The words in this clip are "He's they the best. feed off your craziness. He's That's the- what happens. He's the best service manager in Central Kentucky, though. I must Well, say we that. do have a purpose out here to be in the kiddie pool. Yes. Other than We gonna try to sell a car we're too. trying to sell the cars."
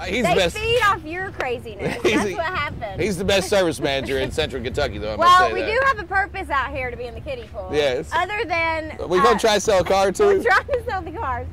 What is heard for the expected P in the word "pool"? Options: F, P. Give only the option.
F